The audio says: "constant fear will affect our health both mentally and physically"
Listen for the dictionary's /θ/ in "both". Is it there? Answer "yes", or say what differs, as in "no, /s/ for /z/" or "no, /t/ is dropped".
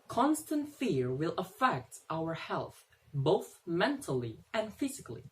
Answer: yes